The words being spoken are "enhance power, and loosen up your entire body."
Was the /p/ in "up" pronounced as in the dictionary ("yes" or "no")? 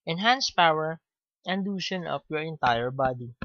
no